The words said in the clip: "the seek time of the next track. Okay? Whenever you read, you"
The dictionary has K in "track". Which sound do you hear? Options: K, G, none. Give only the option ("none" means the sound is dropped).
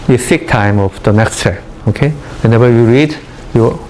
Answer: none